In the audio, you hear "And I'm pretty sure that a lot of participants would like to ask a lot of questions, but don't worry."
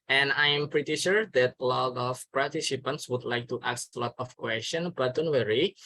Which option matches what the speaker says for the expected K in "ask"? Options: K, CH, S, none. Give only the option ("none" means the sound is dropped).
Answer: none